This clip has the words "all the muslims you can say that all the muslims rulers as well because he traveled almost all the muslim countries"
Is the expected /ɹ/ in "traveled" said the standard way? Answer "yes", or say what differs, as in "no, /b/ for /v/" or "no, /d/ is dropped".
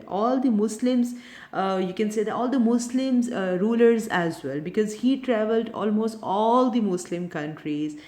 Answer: yes